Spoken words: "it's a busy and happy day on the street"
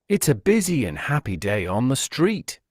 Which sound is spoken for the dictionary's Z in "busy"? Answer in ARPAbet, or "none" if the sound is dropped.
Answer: Z